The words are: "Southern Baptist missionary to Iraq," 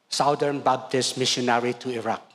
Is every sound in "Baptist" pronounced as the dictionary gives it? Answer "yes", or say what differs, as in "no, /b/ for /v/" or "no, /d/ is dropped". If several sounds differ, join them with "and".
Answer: no, /b/ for /p/